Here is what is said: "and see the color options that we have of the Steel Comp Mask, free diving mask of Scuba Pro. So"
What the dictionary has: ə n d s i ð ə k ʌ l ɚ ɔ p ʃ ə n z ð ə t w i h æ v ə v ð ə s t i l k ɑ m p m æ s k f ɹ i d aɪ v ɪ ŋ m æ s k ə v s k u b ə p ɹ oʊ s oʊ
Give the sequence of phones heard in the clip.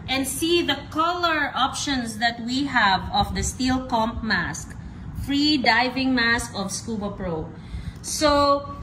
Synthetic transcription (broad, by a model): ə n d s i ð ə k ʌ l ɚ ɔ p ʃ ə n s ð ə t w i h æ v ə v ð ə s t i l k ɑ m p m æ s k f ɹ i d aɪ v ɪ ŋ m æ s k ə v s k u b ə p ɹ oʊ s oʊ